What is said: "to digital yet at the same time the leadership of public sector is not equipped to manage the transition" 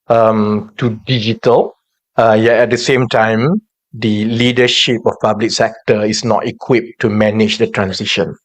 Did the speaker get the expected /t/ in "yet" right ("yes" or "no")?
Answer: no